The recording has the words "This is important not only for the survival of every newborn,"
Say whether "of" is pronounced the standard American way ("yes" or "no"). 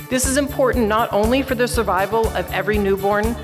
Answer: yes